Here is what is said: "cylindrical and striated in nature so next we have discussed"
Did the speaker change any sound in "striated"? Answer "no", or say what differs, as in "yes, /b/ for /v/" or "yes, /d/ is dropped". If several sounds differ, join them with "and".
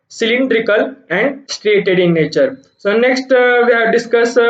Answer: no